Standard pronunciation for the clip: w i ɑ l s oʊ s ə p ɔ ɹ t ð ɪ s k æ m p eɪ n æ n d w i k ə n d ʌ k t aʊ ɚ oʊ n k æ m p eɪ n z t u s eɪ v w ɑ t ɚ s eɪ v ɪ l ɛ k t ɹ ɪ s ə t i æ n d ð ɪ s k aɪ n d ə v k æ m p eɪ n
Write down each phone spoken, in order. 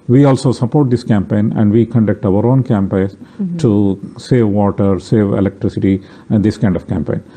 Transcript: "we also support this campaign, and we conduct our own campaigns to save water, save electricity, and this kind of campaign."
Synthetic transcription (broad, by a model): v i ɑ l s oʊ s ə p ɔ ɹ t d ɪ s k æ m p eɪ n æ n d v i k ə n d ʌ k t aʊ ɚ oʊ n k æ m p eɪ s t u s eɪ v ɑ t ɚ s eɪ v ɪ l ɛ k t ɹ ɪ s ə t i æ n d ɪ s k aɪ n d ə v k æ m p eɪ n